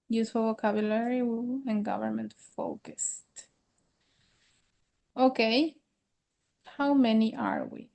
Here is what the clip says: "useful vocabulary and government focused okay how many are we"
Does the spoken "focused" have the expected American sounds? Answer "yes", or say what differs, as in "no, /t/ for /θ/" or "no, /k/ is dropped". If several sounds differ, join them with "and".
yes